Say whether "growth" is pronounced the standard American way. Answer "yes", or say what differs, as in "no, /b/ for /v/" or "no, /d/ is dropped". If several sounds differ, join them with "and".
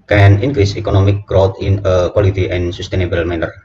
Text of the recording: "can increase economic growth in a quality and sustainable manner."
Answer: no, /t/ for /θ/